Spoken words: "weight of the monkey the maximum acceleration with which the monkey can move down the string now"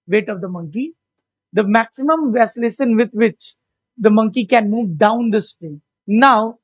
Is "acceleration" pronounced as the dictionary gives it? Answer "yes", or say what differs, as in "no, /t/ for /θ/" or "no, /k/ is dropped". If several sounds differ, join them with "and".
no, /k/ is dropped